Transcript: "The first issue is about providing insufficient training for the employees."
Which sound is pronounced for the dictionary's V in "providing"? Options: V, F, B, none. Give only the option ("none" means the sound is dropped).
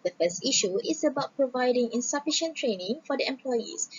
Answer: V